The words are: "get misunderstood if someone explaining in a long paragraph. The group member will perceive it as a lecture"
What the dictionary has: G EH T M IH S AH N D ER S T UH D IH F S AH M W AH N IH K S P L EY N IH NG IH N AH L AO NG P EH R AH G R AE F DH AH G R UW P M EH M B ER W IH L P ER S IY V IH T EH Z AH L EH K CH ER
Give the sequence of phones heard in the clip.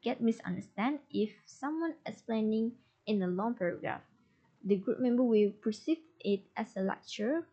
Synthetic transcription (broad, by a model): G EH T M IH S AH N D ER S T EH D IH F S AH M W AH N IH S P L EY N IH NG IH N AH L AO NG P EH R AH G R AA F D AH G R UW P M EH M B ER W IH L P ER S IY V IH T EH S AH L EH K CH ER